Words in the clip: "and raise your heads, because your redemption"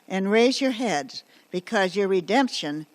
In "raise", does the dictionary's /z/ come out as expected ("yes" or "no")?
yes